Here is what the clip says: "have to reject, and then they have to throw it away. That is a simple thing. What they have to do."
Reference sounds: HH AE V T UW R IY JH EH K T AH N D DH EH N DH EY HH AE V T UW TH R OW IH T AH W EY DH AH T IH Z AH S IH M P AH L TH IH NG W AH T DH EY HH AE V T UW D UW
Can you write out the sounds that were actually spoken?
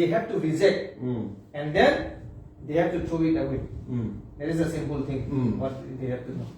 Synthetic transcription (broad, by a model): HH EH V T UW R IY Z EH T AH N D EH N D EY HH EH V T UW T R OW IH T AH W EY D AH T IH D AH S IH M P AH L T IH NG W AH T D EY HH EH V T UW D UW